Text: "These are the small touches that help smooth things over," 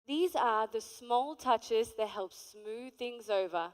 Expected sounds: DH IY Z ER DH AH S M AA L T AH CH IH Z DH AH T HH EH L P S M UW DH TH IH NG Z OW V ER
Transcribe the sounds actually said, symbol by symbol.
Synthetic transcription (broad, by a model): DH IY Z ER DH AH S M AA L T AH CH IH Z DH AH T HH EH L P S M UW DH TH IH NG Z OW V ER